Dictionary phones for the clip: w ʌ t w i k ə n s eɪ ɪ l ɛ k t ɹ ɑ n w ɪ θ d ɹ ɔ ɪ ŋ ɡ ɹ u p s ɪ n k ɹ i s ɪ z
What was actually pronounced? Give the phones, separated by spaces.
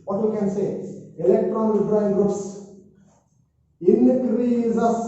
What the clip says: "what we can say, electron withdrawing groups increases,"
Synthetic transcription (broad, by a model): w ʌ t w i k ə n s eɪ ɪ l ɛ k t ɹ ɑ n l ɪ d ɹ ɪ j ɡ ɹ u p s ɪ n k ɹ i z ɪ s